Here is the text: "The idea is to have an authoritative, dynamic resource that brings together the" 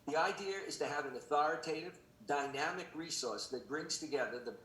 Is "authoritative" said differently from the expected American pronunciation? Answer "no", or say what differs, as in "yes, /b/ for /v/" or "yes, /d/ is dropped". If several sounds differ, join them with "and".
no